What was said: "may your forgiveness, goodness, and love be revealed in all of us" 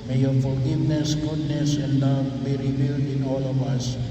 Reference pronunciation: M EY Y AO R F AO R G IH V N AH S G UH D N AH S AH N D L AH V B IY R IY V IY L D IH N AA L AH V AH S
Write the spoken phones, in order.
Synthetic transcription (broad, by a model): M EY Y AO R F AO L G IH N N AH S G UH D N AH S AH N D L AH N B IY R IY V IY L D IH N AA L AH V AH S